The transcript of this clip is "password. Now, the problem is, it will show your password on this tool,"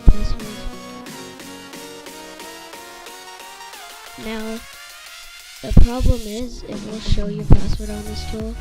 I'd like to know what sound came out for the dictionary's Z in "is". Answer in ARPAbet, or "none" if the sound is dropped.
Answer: Z